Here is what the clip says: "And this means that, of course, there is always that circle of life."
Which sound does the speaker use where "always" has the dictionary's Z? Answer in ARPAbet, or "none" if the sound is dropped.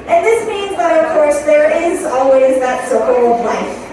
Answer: Z